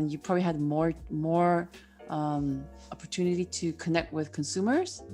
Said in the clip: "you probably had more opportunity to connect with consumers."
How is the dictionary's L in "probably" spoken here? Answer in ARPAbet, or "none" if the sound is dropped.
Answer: L